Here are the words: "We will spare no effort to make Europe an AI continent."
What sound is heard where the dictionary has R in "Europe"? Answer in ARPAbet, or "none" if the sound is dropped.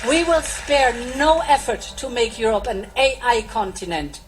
R